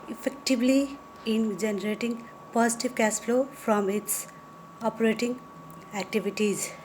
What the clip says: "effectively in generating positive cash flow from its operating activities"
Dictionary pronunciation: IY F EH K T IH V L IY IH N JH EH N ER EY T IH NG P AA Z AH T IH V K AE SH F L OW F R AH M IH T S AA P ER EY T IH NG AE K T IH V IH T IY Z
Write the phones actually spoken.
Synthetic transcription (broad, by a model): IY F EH K T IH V L IY IH N JH EH N ER EY T IH NG P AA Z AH T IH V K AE S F L OW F R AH M IH T S AA P ER EY T IH NG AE K T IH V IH T IY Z